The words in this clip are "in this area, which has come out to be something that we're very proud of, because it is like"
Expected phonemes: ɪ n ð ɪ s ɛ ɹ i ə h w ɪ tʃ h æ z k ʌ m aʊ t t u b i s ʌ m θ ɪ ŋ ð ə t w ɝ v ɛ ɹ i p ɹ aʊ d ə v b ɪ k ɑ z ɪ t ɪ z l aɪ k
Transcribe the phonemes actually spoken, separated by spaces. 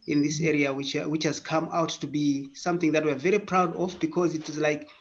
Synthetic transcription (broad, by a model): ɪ n ð ɪ s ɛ ɹ i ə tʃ w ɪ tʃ h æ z k ʌ m aʊ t t u b i s ʌ m θ ɪ ŋ ð ə t w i v ɛ ɹ i p ɹ aʊ d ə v b ɪ k ɑ z ɪ t ɪ z l aɪ k